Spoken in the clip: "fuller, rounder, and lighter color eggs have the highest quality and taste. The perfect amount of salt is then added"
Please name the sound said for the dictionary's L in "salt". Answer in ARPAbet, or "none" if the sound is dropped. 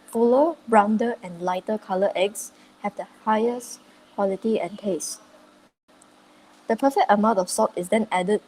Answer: none